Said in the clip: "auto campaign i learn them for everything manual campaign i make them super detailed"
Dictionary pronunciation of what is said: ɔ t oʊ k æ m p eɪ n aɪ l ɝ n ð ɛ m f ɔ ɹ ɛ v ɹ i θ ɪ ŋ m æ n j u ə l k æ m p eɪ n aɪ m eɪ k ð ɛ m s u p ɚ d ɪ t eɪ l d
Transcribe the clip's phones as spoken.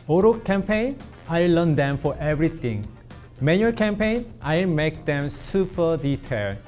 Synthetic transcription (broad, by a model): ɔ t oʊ k æ m p eɪ n aɪ l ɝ n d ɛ m f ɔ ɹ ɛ v ɹ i t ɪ ŋ m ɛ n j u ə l k æ m p eɪ n aɪ m eɪ k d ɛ m s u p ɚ d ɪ t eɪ l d